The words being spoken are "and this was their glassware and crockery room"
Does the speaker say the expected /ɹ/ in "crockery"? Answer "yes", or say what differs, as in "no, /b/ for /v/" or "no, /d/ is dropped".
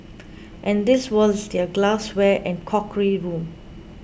no, /ɹ/ is dropped